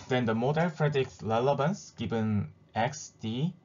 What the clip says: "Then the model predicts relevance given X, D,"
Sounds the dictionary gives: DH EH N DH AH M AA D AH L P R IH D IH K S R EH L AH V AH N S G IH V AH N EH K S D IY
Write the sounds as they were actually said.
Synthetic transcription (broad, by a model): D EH N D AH M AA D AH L F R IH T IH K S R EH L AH B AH N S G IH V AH N EH K S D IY